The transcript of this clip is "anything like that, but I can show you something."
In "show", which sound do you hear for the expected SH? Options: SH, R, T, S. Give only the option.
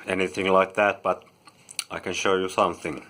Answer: SH